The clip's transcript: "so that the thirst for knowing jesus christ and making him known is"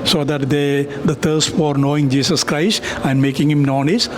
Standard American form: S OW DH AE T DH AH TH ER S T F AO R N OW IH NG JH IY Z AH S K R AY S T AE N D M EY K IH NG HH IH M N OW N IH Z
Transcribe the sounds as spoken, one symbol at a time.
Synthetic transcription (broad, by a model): S OW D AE T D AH T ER S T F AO R N OW IH NG JH IY S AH S K R AY S T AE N D M EY K IH NG HH IH M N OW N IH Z